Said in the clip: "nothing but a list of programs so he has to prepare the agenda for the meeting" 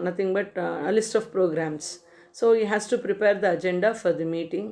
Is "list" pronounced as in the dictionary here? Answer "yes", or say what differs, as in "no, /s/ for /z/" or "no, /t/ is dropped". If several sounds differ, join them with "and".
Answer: yes